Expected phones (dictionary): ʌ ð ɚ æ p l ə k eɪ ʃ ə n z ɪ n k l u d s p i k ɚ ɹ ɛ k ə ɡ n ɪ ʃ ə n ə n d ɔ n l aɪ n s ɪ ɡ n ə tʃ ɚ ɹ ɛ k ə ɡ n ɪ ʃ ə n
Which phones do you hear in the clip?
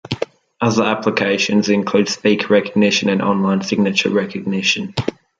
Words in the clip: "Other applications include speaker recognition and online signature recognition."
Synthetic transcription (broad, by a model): ʌ ð ɚ æ p l ə k eɪ ʃ ə n z ɪ n k l u d s p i k ɹ ɛ k ə ɡ n ɪ ʃ ə n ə n ɔ n l aɪ n s ɪ ɡ n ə tʃ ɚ ɹ ɛ k ə ɡ n ɪ ʃ ə n